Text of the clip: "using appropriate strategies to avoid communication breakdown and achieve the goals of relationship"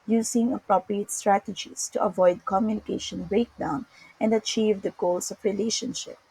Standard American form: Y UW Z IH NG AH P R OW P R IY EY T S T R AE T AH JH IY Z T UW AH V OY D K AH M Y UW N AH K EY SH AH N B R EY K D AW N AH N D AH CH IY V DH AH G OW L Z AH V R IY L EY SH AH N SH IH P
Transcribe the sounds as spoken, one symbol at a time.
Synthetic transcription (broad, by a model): Y UW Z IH NG AH P R OW P R IY EY T S T R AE T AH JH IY S T UW AH V OY D K AH M Y UW N AH K EY SH AH N B R EY K D AW N AH N D AH CH IY V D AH G OW L S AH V R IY L EY SH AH N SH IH P